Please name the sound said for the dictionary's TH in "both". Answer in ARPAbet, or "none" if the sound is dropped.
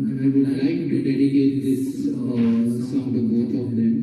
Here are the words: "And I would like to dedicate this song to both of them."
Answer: T